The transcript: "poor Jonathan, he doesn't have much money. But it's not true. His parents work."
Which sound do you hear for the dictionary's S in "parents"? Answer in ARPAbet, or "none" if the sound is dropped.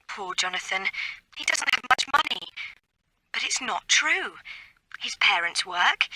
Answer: S